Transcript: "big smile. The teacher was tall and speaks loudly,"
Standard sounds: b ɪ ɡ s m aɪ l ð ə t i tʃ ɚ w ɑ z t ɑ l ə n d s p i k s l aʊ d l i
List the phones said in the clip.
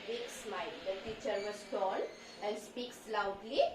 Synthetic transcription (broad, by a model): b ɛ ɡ s m aɪ l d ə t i tʃ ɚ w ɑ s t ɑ n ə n s p i k s l aʊ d l i